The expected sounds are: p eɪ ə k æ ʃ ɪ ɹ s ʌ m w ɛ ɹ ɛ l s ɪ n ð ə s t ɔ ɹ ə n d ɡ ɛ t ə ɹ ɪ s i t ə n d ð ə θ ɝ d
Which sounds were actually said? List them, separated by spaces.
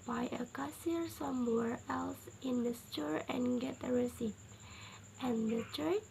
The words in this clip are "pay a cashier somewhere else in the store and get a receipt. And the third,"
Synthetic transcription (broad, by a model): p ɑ ə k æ s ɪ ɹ s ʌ m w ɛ ɹ ɛ l s ɪ n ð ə s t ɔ ɹ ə n ɡ ɛ t ə ɹ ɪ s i t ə n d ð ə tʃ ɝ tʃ